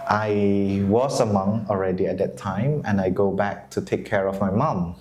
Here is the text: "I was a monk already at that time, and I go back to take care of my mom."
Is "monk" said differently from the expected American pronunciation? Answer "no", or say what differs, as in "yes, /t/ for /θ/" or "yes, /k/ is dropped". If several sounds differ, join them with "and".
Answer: yes, /k/ is dropped